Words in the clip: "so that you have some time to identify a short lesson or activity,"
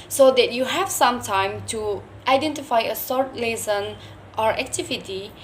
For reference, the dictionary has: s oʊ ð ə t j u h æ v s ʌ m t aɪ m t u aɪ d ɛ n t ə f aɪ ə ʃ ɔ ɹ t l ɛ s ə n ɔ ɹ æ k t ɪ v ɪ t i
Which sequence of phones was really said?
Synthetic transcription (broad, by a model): s oʊ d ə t j u h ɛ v s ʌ m t aɪ m t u aɪ d ɛ n t ə f aɪ ə s ɔ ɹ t l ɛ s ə n ɔ ɹ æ k t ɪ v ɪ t i